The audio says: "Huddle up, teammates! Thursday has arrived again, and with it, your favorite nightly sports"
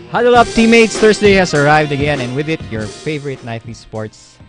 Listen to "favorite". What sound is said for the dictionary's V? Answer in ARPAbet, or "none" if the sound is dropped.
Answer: V